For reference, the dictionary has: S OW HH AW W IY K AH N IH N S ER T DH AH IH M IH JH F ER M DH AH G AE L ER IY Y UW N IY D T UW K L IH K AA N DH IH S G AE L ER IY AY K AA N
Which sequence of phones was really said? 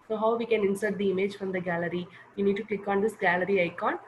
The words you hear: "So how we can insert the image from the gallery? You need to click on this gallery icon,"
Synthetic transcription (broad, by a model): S OW HH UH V IY K AH N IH N S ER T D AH IH M IH JH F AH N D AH G AE L ER IY Y UW N IY D T UW K L IH K AA N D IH S G AE L ER IY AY K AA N